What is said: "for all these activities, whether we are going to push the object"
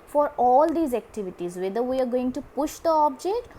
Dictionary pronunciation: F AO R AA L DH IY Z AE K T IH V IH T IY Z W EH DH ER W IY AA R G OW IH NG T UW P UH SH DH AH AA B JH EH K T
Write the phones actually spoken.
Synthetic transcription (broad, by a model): F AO R AA L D IY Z AE K T IH V IH T IY Z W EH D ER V IY AA R G OW IH NG T UW P UH SH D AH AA B JH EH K T